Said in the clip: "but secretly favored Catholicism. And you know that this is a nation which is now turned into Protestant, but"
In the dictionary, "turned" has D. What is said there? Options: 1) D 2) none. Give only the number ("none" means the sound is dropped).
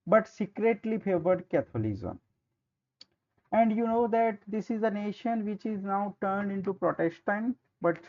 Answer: 1